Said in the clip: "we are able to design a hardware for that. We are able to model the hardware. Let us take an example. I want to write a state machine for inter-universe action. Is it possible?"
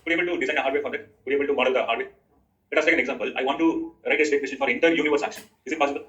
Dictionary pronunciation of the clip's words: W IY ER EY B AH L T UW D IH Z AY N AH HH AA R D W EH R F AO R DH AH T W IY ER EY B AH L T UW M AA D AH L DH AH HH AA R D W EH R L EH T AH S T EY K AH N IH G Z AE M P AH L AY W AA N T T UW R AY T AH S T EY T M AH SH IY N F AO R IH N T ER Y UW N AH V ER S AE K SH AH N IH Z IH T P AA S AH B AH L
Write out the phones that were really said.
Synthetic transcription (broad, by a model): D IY EY B AH L T UW D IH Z AY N AH HH AA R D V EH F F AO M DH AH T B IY EY B AH L T UW M AA D AH L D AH HH AA R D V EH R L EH T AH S T EY K AH N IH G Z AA M P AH L AY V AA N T T UW R AY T AH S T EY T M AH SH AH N F AO R IH N T ER Y UW N AH V ER S AE K SH AH N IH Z IH T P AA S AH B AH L